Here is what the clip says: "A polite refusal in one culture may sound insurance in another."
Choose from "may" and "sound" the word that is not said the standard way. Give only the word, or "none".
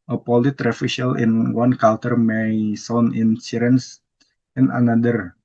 sound